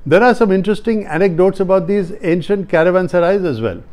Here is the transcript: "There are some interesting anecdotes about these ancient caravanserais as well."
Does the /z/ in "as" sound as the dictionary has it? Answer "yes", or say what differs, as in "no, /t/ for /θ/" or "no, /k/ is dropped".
yes